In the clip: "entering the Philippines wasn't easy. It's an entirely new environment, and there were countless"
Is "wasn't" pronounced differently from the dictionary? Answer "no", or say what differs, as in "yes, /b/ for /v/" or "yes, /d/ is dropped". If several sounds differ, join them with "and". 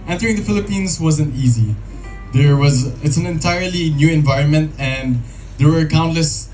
no